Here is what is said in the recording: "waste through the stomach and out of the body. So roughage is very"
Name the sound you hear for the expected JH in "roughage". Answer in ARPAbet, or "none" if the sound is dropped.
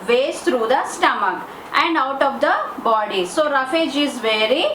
JH